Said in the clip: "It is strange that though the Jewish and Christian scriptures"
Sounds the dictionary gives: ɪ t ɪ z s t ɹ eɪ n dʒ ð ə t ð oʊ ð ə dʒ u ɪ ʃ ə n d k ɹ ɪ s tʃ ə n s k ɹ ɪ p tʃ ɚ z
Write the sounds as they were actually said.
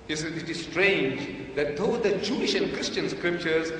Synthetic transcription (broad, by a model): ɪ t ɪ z s t ɹ eɪ n dʒ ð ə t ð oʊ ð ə dʒ u ɪ ʃ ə n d k ɹ ɪ s tʃ ə n s k ɹ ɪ p tʃ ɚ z